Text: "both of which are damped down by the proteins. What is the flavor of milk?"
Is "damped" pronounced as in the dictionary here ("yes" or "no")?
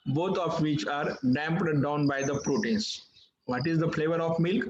yes